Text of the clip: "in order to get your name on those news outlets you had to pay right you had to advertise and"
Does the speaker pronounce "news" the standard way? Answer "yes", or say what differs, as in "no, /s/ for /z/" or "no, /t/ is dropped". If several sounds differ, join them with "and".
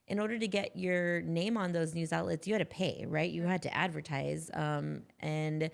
yes